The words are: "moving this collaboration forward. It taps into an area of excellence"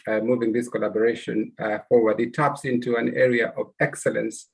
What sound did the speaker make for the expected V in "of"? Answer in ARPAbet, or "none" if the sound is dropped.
V